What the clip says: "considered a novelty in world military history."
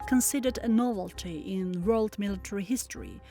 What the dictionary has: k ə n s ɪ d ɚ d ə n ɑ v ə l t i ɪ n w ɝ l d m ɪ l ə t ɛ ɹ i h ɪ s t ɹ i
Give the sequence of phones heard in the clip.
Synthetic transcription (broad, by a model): k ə n s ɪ d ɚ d ə n ɑ v ə l t i ɪ n w ɝ l d m ɪ l ə t ɛ ɹ i h ɪ s t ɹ i